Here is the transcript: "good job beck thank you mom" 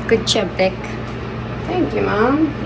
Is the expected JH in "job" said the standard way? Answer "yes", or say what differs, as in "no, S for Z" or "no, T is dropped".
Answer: no, CH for JH